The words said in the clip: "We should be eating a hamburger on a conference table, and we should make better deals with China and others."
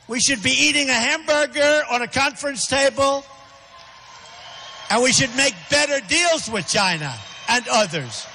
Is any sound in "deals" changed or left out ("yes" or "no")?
no